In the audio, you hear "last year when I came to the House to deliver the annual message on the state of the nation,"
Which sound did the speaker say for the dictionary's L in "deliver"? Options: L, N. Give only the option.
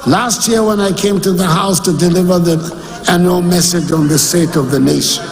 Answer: L